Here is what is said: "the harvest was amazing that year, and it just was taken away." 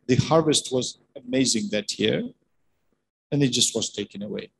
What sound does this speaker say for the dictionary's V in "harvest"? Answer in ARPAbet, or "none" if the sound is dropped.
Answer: V